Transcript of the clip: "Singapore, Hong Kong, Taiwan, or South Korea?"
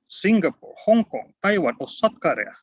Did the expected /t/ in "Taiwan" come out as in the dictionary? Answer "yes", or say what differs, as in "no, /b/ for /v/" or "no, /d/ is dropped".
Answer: yes